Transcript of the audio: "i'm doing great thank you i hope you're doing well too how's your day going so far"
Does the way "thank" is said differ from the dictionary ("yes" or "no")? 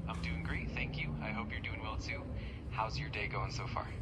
no